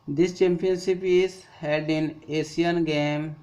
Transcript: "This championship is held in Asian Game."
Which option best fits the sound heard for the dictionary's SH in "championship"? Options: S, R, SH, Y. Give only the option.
S